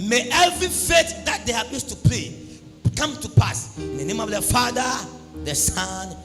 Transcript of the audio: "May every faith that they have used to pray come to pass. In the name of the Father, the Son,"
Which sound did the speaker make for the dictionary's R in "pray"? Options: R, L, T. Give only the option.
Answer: L